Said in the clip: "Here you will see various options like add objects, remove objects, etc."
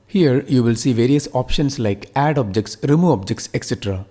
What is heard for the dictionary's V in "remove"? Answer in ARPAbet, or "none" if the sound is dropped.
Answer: none